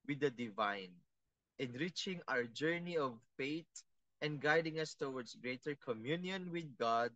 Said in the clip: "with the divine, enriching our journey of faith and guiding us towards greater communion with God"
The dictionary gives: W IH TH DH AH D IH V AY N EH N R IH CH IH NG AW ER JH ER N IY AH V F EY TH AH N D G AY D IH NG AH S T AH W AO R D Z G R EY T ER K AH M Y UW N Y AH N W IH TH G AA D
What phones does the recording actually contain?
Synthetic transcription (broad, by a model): W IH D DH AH D IH V AY N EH N R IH CH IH NG AW ER JH ER N IY AH V F EY T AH N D G AY D IH NG AH S T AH W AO R D S G R EY T ER K AH M Y UW N Y AH N W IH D G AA D